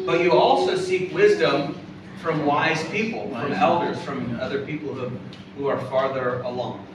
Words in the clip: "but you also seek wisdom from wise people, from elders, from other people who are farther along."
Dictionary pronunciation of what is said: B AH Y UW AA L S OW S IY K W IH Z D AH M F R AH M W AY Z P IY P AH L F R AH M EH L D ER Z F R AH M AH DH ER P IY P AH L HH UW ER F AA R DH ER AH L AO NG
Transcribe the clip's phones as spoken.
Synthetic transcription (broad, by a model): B AH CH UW AA L S OW S IY K W IH Z D AH M F R AH M W AY Z P IY P L F R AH M EH L D ER Z F R AH M AH DH ER P IY P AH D HH UW ER F AA R DH ER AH L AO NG